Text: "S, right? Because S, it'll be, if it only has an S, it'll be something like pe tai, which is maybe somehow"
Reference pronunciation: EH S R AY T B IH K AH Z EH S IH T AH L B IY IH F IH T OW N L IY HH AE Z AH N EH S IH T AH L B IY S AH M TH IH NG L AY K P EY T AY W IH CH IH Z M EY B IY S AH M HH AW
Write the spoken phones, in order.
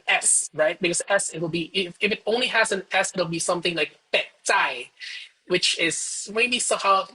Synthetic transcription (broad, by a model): EH S R AY T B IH K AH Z EH S IH T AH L B IY IH F IH T OW N L IY HH AE Z AH N EH S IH T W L B IY S AH M TH IH NG L AY K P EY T AY W IH CH IH Z M EY B IY S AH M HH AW